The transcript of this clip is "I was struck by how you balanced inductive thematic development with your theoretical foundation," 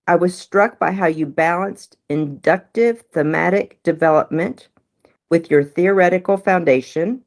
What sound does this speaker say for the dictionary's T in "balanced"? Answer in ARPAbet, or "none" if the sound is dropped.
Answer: T